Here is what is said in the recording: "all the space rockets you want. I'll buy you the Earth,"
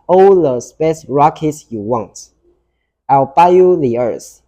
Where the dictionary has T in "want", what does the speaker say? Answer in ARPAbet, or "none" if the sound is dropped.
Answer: T